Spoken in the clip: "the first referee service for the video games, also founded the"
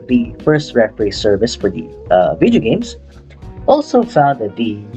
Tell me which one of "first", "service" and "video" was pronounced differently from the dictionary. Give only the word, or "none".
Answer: none